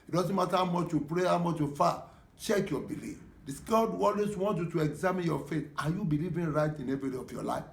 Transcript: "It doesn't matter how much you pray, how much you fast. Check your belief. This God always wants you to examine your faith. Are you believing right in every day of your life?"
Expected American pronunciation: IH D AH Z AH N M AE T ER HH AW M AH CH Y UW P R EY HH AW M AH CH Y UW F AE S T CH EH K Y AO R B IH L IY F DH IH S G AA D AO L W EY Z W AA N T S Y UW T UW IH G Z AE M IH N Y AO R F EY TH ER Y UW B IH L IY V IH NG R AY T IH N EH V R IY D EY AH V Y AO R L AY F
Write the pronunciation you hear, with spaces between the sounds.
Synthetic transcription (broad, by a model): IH D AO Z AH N M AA T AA HH AW M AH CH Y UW P R EY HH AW M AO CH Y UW F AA CH EH K Y AO B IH L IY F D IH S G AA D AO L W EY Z W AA N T Y UW T UW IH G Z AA M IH N Y AO F EY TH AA Y UW B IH L IY V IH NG R AY T IH N EH V R IY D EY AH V Y AO L AY F